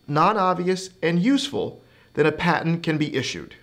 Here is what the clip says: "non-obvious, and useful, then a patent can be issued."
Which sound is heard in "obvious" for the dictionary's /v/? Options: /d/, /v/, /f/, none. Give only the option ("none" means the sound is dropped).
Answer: /v/